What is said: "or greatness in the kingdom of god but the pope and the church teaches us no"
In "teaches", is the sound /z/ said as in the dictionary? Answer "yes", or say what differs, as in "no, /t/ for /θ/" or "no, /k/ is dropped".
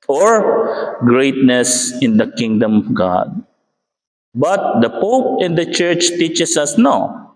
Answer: no, /s/ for /z/